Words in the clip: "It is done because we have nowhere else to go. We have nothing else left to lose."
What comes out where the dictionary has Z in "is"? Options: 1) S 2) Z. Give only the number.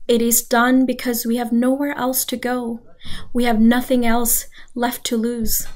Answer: 2